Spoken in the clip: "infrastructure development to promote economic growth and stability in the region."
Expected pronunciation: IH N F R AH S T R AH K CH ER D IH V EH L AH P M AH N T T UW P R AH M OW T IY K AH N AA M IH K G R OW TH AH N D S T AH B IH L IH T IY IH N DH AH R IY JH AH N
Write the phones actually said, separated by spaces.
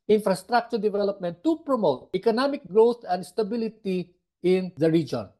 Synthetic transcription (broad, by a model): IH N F R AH S T R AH K CH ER D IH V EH L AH P M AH N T T UW P R AH M OW T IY K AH N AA M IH K G R OW T AH N D S T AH B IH L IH T IY IH N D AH R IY JH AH N